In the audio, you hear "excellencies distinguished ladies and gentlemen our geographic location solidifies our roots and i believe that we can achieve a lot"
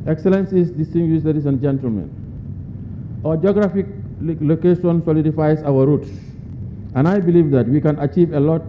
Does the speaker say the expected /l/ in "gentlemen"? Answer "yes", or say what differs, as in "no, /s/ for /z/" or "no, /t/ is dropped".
yes